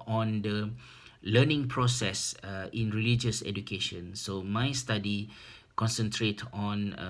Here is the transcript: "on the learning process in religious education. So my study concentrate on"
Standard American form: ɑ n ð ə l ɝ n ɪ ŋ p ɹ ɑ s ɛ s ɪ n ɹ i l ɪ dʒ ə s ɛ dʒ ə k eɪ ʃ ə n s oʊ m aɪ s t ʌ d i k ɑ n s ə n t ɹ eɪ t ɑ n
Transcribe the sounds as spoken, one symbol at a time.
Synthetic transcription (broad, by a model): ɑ n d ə l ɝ n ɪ ŋ p ɹ ɑ s ɛ s ɪ n ɹ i l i dʒ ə s ɛ dʒ ə k eɪ ʃ ə n s oʊ m aɪ s t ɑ d i k ɑ n s ə n t ɹ eɪ t ɑ n